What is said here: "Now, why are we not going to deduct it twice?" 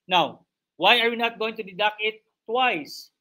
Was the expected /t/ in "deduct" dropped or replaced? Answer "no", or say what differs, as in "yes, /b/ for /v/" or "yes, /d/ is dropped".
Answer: yes, /t/ is dropped